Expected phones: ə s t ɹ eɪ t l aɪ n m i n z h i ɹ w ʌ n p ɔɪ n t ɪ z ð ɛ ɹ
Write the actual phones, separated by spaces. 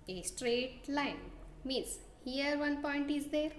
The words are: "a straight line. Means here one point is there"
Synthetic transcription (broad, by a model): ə s t ɹ eɪ t l aɪ n m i n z h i ɹ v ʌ n p ɔɪ n t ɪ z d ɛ ɹ